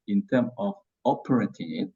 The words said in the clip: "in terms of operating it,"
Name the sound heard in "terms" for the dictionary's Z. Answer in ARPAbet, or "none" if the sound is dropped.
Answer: none